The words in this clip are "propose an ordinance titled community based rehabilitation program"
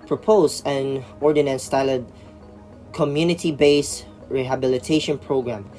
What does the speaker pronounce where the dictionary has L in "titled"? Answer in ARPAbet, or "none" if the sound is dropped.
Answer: none